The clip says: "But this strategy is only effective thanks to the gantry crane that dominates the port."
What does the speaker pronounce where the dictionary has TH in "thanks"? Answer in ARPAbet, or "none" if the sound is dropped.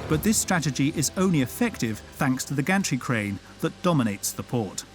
TH